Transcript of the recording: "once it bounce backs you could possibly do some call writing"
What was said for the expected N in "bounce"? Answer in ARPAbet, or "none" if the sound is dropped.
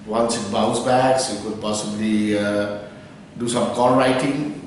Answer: none